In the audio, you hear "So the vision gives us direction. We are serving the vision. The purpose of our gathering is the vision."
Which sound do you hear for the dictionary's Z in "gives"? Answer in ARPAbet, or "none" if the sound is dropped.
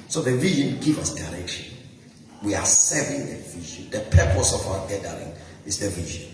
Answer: none